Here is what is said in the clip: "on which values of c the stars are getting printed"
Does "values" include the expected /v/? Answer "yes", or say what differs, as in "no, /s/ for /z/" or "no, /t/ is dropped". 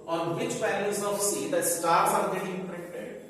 no, /p/ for /v/